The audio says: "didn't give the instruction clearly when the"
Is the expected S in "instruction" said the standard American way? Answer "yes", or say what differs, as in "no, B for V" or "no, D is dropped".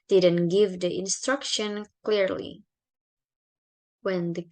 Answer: yes